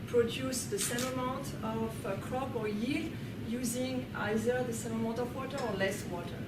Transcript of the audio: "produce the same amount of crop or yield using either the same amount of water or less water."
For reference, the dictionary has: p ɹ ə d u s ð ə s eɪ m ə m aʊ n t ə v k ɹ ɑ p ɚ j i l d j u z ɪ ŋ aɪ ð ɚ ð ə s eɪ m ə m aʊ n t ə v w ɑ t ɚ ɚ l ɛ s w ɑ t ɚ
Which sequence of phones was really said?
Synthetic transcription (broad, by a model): p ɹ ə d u s ð ə s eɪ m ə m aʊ t ə v k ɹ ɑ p ɚ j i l j u z ɪ ŋ aɪ ð ɚ ð ə s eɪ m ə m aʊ t ə v w ɑ t ɚ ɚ l ɛ s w ɑ t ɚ